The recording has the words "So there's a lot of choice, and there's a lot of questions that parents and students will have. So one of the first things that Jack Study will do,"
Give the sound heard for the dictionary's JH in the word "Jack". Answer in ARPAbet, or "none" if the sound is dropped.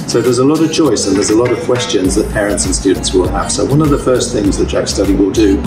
CH